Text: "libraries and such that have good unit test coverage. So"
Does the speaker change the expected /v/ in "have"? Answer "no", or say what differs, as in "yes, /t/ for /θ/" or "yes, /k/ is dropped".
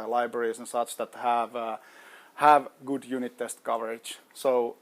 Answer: no